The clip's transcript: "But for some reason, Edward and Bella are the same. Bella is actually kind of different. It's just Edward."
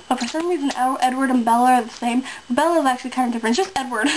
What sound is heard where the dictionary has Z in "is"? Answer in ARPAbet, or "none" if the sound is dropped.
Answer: Z